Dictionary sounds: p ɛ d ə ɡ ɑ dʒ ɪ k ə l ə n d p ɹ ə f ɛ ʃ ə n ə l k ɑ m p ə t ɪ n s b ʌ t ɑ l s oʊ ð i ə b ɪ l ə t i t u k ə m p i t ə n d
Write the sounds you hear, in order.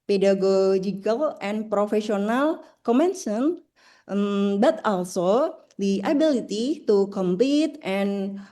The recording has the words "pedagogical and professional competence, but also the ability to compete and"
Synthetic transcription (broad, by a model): p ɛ d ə ɡ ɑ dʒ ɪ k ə l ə n p ɹ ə f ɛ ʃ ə n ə l k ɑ m ə s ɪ n b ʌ t ɑ l s oʊ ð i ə b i l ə t i t u k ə m p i t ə n